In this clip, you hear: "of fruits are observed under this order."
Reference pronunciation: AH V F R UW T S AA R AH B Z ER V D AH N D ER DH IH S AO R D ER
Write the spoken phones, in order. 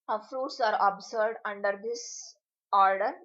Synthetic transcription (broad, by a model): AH F R UW T S AA R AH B S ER D AH N D ER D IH S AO R D ER